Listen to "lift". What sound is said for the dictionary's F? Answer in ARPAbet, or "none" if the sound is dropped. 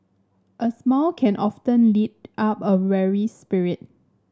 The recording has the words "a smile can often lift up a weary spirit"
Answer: none